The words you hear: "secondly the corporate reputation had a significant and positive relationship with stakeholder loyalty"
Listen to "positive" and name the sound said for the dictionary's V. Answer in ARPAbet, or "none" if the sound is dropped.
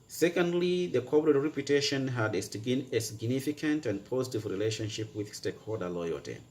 V